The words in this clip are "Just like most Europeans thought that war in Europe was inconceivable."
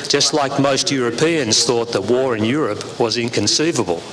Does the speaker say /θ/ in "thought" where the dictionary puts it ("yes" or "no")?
yes